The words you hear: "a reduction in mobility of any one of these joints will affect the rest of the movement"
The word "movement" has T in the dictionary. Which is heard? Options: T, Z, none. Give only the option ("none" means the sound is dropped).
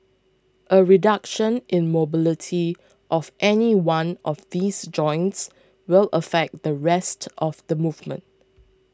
T